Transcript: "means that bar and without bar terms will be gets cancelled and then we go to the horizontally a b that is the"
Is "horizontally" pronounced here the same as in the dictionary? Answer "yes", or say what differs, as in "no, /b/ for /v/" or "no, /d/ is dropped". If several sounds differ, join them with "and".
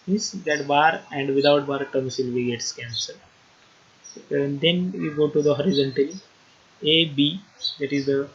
yes